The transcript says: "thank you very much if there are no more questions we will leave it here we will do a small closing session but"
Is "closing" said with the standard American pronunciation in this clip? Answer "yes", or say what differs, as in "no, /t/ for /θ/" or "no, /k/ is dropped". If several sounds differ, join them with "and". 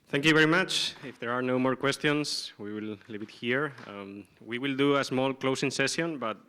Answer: no, /s/ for /z/